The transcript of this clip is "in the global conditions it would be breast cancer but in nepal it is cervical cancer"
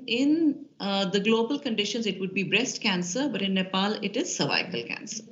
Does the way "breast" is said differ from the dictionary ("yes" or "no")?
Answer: no